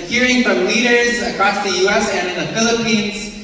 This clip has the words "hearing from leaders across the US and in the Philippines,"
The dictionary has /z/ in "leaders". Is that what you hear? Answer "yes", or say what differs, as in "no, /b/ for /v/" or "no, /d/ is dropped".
yes